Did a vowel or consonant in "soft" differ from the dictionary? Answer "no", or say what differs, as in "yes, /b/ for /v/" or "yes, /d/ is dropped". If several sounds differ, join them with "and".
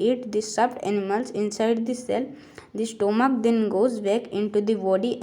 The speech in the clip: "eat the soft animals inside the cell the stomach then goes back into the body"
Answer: yes, /p/ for /f/